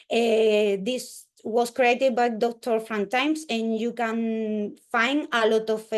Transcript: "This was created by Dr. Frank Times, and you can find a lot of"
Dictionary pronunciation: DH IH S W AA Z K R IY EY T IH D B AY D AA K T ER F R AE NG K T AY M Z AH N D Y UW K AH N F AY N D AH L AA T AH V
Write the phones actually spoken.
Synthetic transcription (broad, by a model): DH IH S W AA S K R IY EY T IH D B AY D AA K T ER F R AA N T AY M S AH N Y UW K AH N F AY N D AH L AA T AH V